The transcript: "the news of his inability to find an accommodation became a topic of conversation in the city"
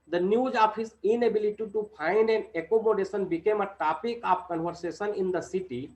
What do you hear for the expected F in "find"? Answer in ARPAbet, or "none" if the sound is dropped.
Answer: P